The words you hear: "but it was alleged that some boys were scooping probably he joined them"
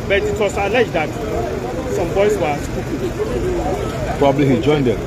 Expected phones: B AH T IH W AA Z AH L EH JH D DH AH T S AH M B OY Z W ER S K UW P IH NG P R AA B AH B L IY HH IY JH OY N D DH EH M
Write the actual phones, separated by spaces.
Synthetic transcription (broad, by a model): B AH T IH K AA S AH L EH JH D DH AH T S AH M B OY S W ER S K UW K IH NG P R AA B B L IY HH IY JH OY N D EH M